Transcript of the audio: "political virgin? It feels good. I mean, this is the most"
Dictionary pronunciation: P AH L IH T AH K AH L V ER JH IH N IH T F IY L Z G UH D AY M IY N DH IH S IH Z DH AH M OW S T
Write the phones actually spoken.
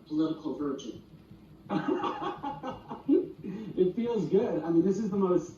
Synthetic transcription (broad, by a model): P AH L IH T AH K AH L V ER JH IH N IH T F IY L Z G UH D AY M IY N DH IH S IH Z DH AH M OW S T